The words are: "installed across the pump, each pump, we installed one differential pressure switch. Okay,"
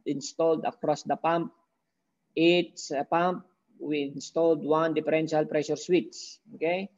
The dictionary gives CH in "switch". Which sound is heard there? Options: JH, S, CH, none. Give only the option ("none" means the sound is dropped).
S